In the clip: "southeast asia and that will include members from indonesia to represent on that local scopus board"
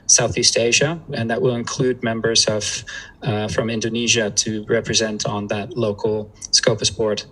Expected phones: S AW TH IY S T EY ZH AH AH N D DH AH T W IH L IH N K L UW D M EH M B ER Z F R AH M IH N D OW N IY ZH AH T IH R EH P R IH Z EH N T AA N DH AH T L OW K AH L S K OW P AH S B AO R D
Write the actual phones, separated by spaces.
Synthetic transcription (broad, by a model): S AW TH IY S T EY ZH AH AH N DH AH T W IH L IH N K L UW D M EH M B ER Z F R AH M IH N D OW N IY ZH AH T IH R EH P R IH Z EH N T N DH AH T L OW K L S K OW P AH S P AO R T